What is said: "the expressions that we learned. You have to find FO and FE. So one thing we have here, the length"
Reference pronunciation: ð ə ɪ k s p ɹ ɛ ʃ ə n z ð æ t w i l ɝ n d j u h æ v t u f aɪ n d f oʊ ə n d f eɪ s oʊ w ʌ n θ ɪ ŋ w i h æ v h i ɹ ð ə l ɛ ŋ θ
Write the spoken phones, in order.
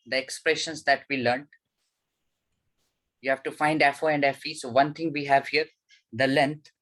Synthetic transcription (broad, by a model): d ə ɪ k s p ɹ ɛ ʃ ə n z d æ t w i l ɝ n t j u h æ v t u f aɪ n d f oʊ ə n d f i s oʊ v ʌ n t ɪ ŋ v i h æ v h i ɹ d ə l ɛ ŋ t